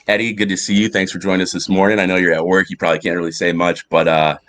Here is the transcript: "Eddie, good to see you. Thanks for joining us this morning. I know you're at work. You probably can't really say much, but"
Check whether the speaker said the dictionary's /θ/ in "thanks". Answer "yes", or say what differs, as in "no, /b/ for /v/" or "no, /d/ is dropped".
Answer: yes